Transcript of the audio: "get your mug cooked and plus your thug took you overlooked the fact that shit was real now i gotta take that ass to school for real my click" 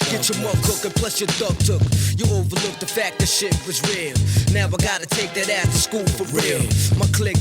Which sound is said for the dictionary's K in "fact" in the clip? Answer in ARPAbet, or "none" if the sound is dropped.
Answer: K